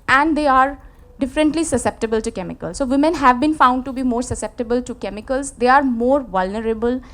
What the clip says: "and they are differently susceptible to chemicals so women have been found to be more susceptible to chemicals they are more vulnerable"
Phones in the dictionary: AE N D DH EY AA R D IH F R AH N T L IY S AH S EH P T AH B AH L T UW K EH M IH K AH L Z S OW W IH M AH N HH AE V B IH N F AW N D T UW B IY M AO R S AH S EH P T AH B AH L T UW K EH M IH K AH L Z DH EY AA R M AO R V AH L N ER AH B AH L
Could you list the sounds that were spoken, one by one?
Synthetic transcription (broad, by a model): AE N D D EY AA R D IH F R AH N T L IY S AH S EH P T AH B AH L T UW K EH M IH K AH L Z S OW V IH M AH N HH AE V B IH N F AW N D T UW B IY M AO R S AH S EH P T AH B AH L T UW K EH M IH K AH L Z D EY AA R M AO R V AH L N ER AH B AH L